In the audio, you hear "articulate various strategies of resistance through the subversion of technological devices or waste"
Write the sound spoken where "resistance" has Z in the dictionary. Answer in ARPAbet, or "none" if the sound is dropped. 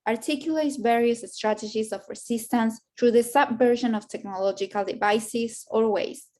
S